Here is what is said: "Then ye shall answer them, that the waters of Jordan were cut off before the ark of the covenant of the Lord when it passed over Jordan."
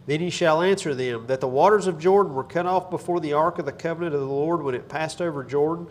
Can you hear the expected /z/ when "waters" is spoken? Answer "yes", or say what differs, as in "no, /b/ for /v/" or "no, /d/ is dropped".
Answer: yes